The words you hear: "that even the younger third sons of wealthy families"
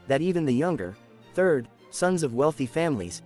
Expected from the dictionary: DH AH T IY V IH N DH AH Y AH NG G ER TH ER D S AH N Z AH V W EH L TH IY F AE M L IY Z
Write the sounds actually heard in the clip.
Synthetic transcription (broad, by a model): DH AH T IY V IH N DH AH Y AH NG G ER TH ER D S AH N Z AH V W EH L TH IY F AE M L IY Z